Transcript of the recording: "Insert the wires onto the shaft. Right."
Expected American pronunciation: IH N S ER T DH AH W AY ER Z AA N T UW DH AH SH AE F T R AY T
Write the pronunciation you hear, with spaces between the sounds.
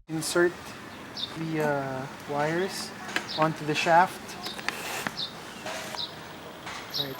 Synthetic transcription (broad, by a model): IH N S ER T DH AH W AY ER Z AA N T UW DH AH SH AE F T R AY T